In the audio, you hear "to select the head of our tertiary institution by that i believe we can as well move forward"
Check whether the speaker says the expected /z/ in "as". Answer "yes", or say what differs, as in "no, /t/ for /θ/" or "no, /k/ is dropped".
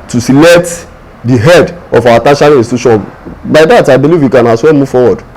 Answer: no, /s/ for /z/